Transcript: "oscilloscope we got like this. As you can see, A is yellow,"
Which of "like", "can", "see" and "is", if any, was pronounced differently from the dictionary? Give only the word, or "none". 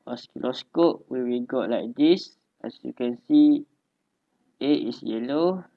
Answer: is